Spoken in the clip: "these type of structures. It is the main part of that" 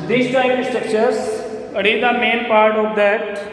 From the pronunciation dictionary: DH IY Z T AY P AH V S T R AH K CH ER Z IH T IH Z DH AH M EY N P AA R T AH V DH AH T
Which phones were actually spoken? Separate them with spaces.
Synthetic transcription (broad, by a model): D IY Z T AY AH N S T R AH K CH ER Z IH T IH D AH M EY N P AA R T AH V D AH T